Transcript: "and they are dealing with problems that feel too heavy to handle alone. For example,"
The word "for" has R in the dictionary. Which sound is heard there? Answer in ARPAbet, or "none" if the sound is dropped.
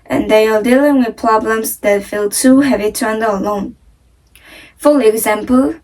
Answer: L